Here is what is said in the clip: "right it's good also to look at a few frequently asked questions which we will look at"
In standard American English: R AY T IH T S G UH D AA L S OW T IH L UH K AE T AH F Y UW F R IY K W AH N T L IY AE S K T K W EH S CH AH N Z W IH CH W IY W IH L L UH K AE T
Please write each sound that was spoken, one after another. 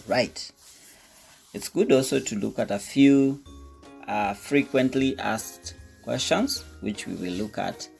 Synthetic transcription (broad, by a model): R AY T IH T S G UH D AA L S OW T IH L UH K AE T AH F Y UW F R IY K W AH N T L IY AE S K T K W EH S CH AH N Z W IH CH W IY W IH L L UH K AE T